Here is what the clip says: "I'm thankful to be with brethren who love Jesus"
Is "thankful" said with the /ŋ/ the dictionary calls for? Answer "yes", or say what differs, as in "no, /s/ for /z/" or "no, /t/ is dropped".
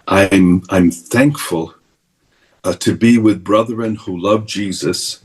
yes